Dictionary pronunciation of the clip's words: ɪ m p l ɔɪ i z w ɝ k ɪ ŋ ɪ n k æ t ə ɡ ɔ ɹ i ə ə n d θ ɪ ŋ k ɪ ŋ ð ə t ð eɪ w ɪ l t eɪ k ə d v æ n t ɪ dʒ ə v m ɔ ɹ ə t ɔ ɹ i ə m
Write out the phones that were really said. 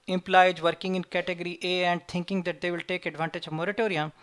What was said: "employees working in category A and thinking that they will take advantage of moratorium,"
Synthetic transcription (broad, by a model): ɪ m p l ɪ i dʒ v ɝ k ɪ ŋ ɪ n k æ t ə ɡ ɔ ɹ i ə ə n d t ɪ ŋ k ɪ ŋ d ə t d eɪ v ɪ l t eɪ k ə d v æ n t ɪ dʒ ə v m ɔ ɹ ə t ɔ ɹ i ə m